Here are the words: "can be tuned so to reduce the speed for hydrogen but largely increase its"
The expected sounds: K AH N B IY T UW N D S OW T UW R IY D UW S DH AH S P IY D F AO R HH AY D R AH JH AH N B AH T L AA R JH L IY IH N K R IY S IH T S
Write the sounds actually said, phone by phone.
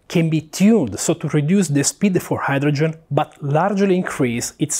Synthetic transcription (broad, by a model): K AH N B IY T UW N D S OW T UW R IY D UW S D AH S P IY D F AO R HH AY D R AH JH AH N B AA T L AA R JH L IY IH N K R IY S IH T S